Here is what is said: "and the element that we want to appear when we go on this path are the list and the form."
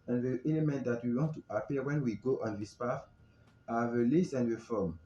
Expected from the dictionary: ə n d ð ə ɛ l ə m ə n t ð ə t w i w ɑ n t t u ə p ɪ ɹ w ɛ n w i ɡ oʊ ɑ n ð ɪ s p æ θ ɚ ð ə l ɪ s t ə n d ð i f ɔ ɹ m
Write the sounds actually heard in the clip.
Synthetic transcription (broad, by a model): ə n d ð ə ɛ l ə m ə n t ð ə t w i w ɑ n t t u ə p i w ɛ n w i ɡ oʊ ɑ n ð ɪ s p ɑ f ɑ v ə l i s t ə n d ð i f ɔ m